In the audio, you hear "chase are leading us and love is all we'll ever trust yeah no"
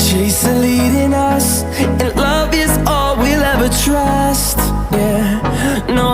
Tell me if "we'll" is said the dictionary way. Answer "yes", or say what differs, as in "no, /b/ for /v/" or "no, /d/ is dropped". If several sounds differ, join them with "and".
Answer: yes